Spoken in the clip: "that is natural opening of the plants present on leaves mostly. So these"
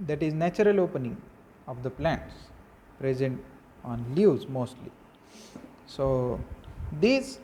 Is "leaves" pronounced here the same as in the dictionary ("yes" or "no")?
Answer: no